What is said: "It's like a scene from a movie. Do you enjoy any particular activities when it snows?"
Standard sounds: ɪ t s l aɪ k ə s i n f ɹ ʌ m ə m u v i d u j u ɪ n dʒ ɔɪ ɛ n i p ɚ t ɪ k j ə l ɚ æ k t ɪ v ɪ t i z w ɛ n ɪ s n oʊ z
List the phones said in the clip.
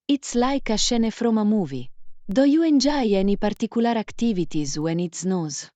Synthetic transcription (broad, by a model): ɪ t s l aɪ k ə ʃ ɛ n f ɹ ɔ m ə m u v i d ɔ j u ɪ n dʒ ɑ ɛ n i p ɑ t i k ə l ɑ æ k t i v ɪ t i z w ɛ n ɪ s n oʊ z